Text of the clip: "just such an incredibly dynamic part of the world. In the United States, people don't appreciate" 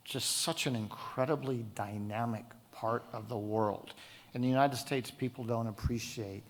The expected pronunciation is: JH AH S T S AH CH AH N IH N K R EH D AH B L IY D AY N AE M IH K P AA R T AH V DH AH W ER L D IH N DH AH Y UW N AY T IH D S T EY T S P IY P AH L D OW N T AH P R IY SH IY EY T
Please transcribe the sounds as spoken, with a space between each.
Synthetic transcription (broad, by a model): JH AH S T S AH CH AH N IH N K R EH D AH B L IY D AY N AE M IH K P AA R T AH V DH AH W ER L D IH N DH AH Y UW N AY T IH D S T EY T S P IY P L D OW N T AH P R IY SH IY EY T